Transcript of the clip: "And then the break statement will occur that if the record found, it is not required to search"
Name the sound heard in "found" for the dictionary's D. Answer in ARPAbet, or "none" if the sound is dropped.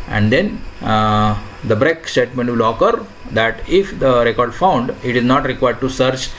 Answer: D